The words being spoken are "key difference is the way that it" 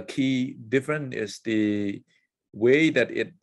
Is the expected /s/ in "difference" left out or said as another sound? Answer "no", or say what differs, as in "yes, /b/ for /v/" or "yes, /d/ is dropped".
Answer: yes, /s/ is dropped